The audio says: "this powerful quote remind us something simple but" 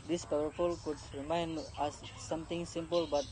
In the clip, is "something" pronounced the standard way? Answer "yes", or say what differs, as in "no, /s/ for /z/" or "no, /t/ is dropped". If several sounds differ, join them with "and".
no, /t/ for /θ/